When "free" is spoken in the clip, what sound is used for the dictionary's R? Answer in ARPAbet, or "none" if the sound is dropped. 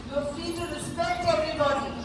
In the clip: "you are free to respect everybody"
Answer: none